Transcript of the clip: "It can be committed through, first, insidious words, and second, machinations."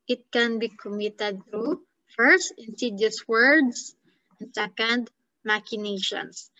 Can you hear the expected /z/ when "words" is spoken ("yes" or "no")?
no